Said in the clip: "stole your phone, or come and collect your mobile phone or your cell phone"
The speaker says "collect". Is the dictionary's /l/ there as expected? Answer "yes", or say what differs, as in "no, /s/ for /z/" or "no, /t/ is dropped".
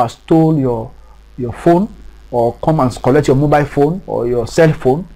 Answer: yes